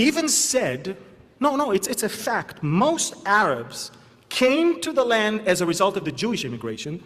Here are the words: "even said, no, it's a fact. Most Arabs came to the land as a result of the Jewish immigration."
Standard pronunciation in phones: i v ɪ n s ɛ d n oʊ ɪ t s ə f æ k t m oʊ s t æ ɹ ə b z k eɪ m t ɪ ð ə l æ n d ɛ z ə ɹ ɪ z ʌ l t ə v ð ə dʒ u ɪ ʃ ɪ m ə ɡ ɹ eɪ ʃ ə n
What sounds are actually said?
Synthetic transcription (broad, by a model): i v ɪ n s ɛ d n oʊ ɪ t s ə f æ k t m oʊ s t æ ɹ ə b z k eɪ m t ɪ ð ə l æ n d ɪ z ə ɹ ɪ z ʌ l t ə v ð ə dʒ u ɪ ʃ ɪ m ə ɡ ɹ eɪ ʃ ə n